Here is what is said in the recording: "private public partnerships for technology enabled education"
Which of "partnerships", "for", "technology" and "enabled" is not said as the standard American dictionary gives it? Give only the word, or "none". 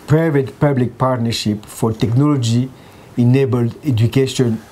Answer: partnerships